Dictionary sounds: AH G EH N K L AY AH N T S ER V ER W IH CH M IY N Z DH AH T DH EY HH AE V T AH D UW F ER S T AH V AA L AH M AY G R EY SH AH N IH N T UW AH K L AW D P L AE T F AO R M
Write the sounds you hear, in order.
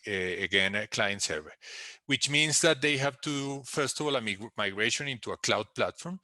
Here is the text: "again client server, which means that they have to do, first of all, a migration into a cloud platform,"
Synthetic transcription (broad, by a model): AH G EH N K L AY AH N T S ER V ER W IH CH M IY N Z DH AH T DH EY HH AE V T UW F ER S T AH V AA L AH M AY G R EY SH AH N IH N T UW AH K L AW D P L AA T F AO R M